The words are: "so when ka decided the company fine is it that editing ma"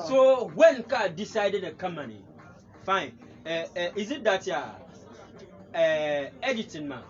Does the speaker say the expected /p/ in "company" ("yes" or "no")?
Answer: no